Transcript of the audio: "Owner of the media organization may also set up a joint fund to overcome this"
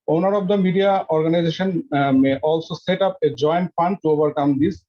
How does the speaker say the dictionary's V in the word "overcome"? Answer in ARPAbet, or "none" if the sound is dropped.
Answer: B